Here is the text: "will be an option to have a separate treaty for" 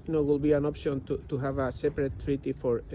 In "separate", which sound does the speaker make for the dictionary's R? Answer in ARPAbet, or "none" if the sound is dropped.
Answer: R